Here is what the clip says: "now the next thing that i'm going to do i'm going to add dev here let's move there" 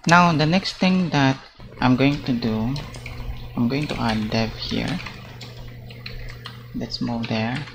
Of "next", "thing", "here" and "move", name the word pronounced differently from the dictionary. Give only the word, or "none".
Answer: thing